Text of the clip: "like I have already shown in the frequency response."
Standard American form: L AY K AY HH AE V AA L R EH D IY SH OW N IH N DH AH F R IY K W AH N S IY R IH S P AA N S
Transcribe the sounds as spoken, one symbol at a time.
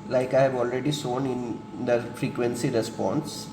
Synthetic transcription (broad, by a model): L AY K AY HH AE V AA L R EH D IY S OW N IH N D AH F R IY K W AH N S IY R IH S P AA N S